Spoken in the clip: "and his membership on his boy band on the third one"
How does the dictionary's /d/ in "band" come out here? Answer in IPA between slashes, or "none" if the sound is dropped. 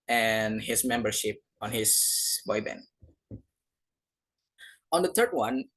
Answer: none